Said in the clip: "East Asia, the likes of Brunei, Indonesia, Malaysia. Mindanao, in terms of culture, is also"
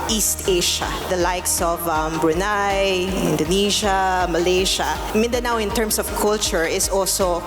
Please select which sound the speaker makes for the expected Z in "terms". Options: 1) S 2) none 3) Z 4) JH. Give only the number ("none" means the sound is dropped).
1